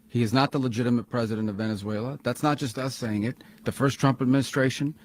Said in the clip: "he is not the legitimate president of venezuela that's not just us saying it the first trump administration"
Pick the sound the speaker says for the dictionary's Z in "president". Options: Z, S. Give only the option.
Z